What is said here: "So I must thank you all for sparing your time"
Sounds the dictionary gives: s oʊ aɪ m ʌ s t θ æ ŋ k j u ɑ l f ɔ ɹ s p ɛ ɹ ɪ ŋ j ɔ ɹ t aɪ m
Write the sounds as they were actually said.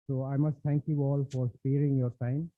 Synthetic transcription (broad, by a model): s oʊ aɪ m ʌ s t t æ ŋ k j u ɑ l f ɔ ɹ s p ɛ ɹ ɪ ŋ j ɔ ɹ t aɪ m